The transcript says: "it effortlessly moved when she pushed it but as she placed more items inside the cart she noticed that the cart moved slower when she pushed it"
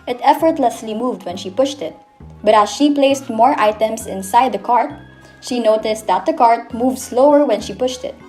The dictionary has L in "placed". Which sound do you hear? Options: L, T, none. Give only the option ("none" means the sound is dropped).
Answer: L